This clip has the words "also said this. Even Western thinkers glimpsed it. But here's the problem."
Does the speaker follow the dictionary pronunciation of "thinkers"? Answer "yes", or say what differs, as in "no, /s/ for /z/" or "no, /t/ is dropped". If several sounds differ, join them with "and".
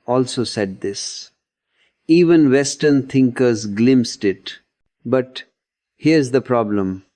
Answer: no, /t/ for /θ/